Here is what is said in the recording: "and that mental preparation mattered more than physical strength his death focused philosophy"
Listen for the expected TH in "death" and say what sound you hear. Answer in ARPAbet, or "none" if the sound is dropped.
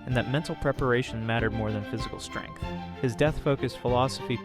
TH